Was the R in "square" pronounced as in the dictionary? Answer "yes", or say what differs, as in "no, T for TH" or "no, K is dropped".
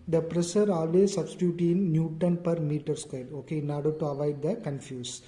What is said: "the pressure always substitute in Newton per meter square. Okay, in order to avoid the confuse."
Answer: no, L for R